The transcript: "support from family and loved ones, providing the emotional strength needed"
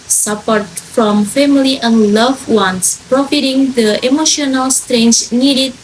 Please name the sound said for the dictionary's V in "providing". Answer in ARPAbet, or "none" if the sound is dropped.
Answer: F